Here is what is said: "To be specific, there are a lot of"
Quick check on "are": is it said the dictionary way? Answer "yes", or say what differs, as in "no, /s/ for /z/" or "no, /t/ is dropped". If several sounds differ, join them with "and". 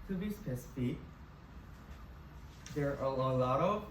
no, /l/ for /ɹ/